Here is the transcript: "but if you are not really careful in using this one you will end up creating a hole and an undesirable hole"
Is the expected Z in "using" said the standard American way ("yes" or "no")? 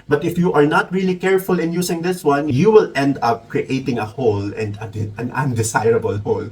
no